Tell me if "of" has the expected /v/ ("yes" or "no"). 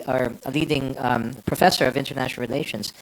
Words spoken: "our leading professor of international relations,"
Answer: yes